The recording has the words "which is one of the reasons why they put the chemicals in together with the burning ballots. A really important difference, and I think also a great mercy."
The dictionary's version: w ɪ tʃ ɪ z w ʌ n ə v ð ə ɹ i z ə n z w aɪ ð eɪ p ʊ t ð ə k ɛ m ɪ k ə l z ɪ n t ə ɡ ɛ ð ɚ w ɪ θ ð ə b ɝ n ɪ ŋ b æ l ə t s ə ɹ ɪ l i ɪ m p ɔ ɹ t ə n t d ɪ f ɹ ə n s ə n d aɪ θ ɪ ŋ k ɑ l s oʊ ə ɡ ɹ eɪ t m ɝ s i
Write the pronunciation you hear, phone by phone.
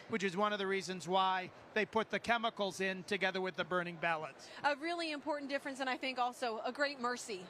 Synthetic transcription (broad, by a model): w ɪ tʃ ɪ z w ʌ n ə v ð ə ɹ i z ə n z w aɪ ð eɪ p ʊ t ð ə k ɛ m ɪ k l z ɪ n t ə ɡ ɛ ð ɚ w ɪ ð ə b ɝ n ɪ ŋ b æ l ə t s ə ɹ ɪ l i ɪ m p ɔ ɹ t n d ɪ f ɹ ə n s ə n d aɪ θ ɪ ŋ k ɑ l s oʊ ə ɡ ɹ eɪ t m ɝ s i